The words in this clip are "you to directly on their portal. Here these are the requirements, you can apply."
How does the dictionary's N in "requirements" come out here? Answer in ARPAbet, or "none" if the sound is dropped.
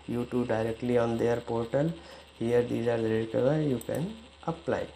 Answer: none